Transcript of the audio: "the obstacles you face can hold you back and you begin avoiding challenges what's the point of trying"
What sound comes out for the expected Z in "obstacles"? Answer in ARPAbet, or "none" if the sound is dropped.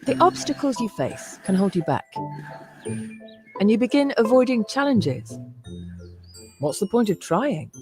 Z